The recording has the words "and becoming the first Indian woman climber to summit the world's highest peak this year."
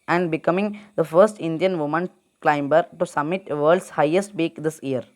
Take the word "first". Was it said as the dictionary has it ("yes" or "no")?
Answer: yes